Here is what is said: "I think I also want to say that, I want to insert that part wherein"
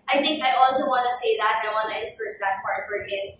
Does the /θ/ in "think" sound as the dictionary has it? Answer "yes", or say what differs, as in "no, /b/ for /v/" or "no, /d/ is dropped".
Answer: yes